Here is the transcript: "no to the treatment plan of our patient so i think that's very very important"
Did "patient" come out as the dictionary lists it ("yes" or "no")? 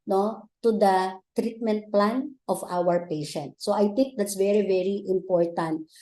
yes